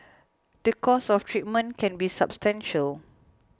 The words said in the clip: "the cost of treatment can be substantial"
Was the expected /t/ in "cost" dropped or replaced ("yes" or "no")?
yes